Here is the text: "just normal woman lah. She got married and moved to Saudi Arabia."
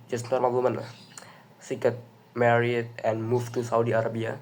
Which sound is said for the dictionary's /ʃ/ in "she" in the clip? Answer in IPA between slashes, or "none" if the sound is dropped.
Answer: /s/